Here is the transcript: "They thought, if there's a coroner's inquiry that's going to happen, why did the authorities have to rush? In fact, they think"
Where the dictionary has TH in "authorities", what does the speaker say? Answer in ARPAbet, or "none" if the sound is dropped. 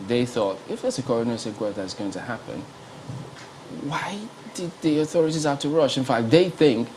TH